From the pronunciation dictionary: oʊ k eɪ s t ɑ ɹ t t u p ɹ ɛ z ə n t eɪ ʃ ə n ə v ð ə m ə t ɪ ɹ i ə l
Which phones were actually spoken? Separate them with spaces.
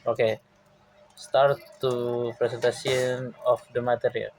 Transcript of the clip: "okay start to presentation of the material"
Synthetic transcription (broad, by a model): oʊ k eɪ s t ɑ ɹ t t u p ɹ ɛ s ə n t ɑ s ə n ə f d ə m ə t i ɹ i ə l